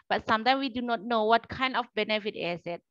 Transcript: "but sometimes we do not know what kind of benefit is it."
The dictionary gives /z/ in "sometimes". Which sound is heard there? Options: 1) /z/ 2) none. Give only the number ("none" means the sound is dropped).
2